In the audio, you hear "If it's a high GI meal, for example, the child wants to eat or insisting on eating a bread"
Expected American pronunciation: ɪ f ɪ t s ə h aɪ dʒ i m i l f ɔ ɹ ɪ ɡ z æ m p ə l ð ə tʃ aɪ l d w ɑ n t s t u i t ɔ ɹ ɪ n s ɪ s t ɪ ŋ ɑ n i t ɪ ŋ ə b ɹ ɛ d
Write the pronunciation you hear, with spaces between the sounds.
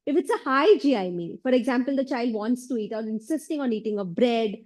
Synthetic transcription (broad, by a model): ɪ f ɪ t s ə h aɪ dʒ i m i n f ɔ ɹ ɪ ɡ z æ m p ə l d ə tʃ aɪ l d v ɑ n t s t u i t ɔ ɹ ɪ n s ɪ s t ɪ ŋ ɑ n i t ɪ ŋ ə b ɹ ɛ d